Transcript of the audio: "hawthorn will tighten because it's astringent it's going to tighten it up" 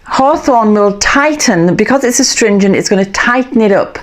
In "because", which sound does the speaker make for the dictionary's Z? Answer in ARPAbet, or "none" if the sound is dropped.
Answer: Z